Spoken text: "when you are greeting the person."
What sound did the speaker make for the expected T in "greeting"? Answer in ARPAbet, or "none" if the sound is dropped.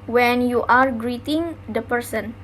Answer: T